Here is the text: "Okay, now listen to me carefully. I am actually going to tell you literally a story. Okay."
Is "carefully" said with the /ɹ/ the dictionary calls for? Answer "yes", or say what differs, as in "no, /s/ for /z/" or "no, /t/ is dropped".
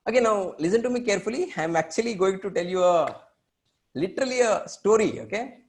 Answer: yes